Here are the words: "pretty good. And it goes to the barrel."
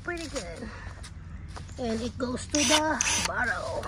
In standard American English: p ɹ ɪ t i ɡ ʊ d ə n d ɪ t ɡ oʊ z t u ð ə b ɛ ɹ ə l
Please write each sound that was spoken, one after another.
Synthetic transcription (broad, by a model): p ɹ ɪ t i ɡ ʊ d ə n d ɪ t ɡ oʊ s t u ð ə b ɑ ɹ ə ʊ